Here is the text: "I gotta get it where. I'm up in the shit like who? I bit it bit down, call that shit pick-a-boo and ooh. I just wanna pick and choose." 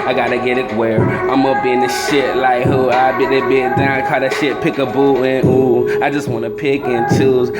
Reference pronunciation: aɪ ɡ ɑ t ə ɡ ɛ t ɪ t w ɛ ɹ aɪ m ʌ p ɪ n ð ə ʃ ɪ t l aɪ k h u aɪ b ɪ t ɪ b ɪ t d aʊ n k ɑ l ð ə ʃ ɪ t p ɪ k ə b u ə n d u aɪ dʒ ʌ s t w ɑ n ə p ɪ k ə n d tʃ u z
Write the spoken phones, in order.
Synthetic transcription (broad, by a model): aɪ ɡ ɑ t ə ɡ ɛ t ɪ t w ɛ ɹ aɪ m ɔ b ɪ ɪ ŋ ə ʃ ɪ t l aɪ k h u aɪ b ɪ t ɪ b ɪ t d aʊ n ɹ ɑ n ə ʃ ɪ t p ɪ k ə b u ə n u aɪ dʒ ʌ s t w ɑ n ə p ɪ k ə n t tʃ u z